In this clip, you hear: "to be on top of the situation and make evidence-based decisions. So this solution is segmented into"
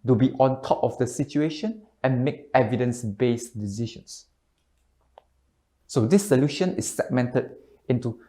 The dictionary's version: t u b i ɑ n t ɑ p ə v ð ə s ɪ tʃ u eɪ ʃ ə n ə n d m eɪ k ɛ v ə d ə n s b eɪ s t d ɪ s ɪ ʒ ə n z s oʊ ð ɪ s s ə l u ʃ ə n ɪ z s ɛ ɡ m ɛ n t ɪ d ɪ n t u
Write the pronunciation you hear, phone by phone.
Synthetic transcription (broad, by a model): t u b i ɑ n t ɑ p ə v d ə s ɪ tʃ u eɪ ʃ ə n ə n m eɪ k ɛ v ə d ə n s b eɪ s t d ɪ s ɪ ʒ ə n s s oʊ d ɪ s s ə l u ʃ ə n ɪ s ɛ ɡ m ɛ n t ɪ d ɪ n t u